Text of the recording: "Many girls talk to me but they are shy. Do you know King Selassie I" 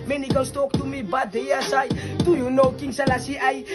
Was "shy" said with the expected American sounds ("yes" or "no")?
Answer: no